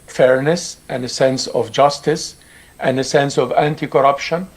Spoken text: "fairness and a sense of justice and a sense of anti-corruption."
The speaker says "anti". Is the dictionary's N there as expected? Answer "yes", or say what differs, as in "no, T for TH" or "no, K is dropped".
yes